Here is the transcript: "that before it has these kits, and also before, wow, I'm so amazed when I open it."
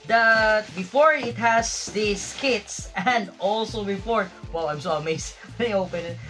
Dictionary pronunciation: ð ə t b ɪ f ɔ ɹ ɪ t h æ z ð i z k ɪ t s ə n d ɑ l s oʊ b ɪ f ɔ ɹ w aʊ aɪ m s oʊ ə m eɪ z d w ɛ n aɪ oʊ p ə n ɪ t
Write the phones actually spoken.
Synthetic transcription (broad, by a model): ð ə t b ɪ f ɔ ɹ ɪ t h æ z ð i s k ɪ t s ə n d ɑ l s oʊ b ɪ f ɔ ɹ w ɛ aɪ m s oʊ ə m eɪ s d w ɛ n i oʊ p ə n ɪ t